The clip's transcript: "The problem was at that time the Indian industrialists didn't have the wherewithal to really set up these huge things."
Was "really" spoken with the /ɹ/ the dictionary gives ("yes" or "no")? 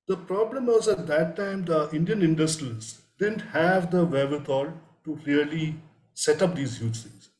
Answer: no